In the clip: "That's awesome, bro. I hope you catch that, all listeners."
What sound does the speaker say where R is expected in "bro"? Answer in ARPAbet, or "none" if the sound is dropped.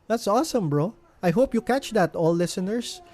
R